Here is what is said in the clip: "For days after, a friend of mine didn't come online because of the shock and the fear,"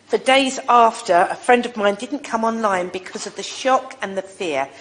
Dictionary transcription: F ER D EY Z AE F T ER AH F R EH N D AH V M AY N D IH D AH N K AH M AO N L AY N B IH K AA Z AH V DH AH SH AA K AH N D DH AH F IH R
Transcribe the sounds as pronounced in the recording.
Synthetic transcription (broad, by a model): F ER D EY Z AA F T ER AH F R EH N D AH V M AY N D IH D N K AH M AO N L AY N B IH K AA Z AH V DH AH SH AA K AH N DH AH F IH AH